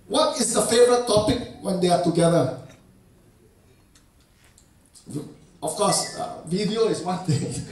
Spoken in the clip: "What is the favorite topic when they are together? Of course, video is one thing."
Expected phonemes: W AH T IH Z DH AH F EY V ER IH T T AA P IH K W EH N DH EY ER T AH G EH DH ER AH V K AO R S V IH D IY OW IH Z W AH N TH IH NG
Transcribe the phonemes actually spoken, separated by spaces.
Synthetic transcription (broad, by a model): W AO T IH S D AH F EY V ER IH T T AA P IH K W EH N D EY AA T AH G EH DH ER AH F K AO S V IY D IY OW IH S W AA N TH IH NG